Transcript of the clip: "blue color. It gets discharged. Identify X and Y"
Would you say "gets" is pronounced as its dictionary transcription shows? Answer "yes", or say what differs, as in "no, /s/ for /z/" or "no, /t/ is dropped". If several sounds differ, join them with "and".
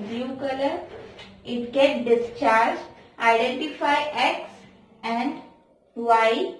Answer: no, /s/ is dropped